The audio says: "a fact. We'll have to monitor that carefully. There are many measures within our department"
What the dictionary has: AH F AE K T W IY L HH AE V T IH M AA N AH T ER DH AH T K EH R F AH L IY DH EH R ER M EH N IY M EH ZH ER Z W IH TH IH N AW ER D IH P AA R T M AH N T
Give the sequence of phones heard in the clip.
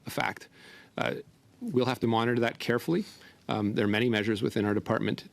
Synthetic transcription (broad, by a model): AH F AE K T W IY L HH AE F T IH M AA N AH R DH AH T K EH R F L IY DH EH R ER M EH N IY M EH ZH ER Z W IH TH IH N AW ER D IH P AA R T M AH N T